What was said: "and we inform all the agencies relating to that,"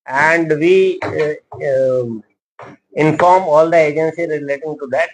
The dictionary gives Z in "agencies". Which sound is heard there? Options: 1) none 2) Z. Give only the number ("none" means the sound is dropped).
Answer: 1